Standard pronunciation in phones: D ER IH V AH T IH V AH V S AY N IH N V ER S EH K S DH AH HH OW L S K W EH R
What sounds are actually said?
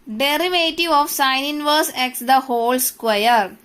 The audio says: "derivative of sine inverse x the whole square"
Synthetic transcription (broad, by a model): D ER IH V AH T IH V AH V S AY N IH N V ER S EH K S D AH HH OW L S K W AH R